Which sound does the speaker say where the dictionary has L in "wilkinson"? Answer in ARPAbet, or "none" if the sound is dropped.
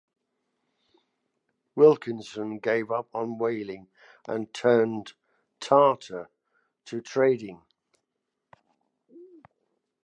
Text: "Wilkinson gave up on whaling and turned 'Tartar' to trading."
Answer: L